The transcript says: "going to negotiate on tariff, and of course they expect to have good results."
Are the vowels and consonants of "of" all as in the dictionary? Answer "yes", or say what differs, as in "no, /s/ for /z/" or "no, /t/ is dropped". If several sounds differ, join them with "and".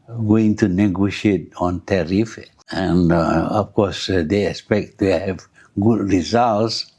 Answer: no, /f/ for /v/